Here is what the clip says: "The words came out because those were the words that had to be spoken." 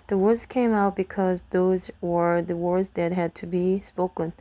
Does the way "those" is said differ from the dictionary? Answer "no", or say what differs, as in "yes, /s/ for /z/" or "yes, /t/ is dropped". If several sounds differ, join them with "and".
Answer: no